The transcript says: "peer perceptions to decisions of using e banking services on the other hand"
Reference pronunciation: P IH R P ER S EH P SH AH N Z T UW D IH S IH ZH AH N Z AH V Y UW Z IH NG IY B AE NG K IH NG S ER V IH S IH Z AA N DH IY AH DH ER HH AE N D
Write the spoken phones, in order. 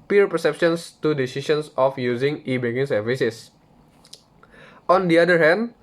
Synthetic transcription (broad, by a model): P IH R P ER S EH P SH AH N S T UW D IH S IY S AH N S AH F Y UW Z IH NG IY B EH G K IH NG S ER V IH S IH S AA N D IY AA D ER HH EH N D